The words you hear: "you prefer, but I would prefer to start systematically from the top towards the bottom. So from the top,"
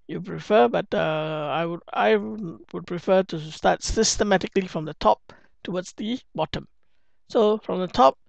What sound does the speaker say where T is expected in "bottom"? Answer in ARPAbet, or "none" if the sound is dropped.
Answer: T